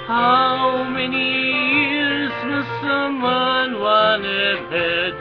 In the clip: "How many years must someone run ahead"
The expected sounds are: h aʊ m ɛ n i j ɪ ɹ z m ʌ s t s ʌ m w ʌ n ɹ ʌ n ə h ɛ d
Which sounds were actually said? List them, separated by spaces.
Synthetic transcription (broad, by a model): h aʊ m ɛ n i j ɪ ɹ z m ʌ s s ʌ m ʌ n w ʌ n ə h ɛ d